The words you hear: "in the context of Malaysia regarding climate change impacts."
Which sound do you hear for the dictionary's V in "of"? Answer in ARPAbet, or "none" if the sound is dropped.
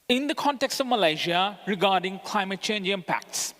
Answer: V